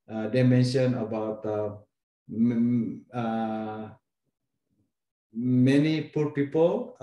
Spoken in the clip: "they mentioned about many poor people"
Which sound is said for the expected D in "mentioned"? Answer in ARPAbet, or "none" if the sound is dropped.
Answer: none